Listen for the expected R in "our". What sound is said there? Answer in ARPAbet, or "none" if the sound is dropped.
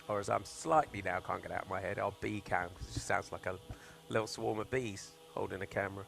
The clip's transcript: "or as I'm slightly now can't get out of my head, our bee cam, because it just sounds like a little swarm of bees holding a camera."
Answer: L